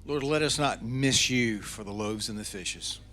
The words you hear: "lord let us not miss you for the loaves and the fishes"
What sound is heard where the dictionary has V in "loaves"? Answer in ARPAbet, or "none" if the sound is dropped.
V